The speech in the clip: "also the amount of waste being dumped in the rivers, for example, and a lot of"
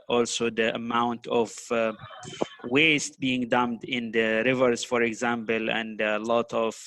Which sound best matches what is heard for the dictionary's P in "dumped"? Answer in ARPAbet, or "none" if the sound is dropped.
none